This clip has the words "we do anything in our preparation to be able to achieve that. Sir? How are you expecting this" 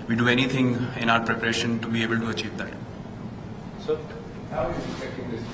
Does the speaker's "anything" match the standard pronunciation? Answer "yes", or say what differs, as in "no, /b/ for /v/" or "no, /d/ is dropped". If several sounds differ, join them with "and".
no, /t/ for /θ/